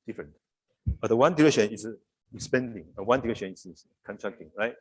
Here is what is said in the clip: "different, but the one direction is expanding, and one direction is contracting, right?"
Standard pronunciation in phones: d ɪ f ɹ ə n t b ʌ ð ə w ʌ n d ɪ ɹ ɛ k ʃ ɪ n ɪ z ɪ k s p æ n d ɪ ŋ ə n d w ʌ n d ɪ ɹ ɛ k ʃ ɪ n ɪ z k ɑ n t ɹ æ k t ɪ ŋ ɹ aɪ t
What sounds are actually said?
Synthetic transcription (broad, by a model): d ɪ f ɹ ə n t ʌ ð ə w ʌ n d ɪ ɹ ɛ k ʃ ɪ n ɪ s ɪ s p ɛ n d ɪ ŋ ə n w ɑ n d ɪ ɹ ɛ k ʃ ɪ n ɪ s k ɑ n t ɹ æ k t ɪ ŋ ɹ aɪ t